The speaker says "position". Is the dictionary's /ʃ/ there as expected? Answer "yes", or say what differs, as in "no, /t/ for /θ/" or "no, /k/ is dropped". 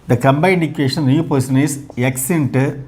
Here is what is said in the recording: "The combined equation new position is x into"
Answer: no, /s/ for /ʃ/